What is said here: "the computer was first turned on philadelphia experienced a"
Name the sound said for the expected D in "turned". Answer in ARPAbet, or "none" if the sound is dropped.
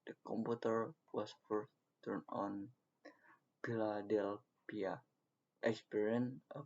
none